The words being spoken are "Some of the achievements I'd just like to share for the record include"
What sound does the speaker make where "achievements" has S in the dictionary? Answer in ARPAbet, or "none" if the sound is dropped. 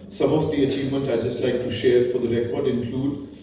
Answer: none